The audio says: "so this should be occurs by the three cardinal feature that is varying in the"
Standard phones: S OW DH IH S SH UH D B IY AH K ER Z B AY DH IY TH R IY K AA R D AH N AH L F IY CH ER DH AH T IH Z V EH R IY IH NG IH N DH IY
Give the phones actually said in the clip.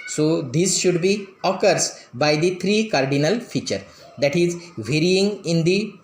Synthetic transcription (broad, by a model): S OW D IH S SH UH D B IY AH K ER S B AY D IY T R IY K AA R D AH N AH L F IY CH ER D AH T IH Z V EH R IY IH NG IH N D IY